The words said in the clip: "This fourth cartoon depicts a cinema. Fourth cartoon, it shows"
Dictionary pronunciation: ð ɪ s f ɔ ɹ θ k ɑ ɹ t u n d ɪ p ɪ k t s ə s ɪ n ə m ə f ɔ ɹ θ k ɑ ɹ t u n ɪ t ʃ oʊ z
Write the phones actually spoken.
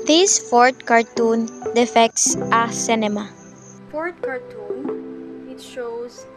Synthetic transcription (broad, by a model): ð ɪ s f ɔ ɹ t k ɑ ɹ t u n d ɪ f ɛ k t s ə s ɪ n ə m ə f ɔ ɹ t k ɑ ɹ t u n ɪ t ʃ oʊ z